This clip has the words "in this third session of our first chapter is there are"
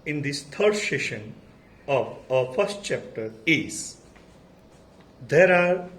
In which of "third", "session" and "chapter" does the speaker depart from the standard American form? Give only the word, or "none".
third